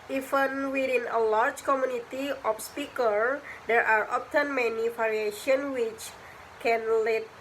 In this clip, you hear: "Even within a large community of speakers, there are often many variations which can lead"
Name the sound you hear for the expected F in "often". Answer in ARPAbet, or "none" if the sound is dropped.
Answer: P